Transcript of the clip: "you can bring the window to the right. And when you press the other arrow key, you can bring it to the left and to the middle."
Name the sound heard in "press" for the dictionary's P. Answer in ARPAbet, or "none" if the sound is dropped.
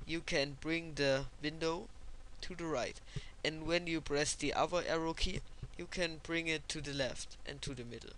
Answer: B